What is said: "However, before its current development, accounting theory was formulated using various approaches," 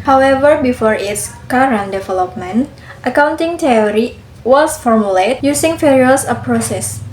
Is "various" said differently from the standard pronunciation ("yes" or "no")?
yes